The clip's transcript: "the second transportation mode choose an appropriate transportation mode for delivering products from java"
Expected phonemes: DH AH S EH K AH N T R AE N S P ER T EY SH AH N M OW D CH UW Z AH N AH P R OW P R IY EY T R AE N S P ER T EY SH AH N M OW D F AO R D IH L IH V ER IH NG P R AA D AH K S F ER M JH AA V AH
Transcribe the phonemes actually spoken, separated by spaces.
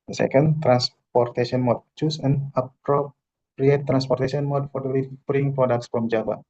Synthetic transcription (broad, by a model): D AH S EH K AH N T R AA N S P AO T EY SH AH N M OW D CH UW S AH N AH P R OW P R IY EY T R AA N S P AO T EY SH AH N M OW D F AO R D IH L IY B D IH NG P R AA D AH K S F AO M JH AA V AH